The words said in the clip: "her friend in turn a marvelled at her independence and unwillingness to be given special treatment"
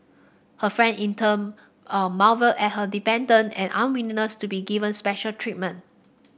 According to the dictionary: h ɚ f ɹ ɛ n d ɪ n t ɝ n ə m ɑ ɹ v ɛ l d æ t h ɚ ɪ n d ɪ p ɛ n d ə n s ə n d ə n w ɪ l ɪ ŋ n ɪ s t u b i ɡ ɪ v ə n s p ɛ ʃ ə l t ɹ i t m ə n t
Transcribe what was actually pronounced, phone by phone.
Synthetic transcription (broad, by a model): h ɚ f ɹ ɛ n d ɪ n t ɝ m ə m ɑ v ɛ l ɛ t h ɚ d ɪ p ɛ n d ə n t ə n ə n w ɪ n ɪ n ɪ s t u b i ɡ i v ə n s p ɛ ʃ ə l t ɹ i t m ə n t